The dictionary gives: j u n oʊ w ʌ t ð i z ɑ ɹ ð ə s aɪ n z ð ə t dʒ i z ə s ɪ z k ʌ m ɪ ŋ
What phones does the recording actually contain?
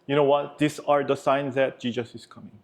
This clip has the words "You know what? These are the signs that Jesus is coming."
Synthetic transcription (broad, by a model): j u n oʊ w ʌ t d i s ɑ ɹ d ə s aɪ n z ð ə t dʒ i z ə s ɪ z k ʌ m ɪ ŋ